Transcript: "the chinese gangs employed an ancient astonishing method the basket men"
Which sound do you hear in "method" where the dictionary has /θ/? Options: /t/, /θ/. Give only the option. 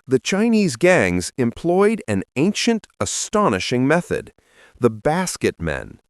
/θ/